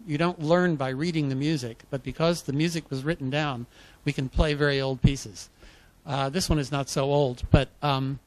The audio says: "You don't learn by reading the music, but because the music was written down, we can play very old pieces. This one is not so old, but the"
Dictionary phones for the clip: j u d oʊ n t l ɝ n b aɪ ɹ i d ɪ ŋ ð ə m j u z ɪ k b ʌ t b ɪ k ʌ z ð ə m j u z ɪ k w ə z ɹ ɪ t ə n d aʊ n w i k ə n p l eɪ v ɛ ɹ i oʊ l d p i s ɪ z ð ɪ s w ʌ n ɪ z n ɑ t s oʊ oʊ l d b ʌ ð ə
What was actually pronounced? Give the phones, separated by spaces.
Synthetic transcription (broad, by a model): j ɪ d oʊ n t l ɝ n b aɪ ɹ i d ɪ ŋ ð ə m j u z ɪ k b ʌ t b ɪ k ʌ z ð ə m j u z ɪ k w ə z ɹ ɪ t n d aʊ n w i k ə n p l eɪ v ɛ ɹ i oʊ l d p i s ɪ z ð ɪ s w ʌ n ɪ z n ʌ t s oʊ oʊ l d b ʌ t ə